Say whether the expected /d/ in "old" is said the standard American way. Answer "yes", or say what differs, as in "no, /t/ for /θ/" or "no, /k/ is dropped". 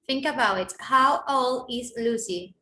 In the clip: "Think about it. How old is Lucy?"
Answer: no, /d/ is dropped